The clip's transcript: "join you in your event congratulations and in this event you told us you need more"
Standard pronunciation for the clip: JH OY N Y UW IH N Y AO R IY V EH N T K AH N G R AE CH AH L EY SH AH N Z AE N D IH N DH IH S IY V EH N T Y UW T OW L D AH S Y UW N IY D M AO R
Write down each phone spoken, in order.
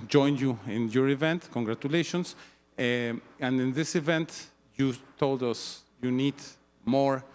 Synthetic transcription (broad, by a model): JH OY N Y UW IH N Y AO R IY V EH N T K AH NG G R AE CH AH L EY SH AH N S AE N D IH N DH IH S IY V EH N T Y UW T OW L D AH S Y UW N IY D M AO R